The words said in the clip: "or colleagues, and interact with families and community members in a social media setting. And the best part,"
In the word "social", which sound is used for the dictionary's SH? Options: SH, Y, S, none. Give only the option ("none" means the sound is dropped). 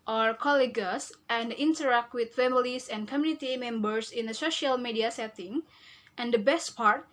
SH